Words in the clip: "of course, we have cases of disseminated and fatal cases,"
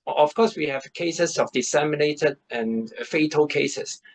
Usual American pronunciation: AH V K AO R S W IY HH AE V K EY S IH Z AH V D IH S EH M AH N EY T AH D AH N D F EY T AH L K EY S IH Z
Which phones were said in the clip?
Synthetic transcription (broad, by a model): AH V K AO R S W IY HH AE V K EY S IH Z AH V D IH S EH M AH N EY T AH D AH N F EY T AH L K EY S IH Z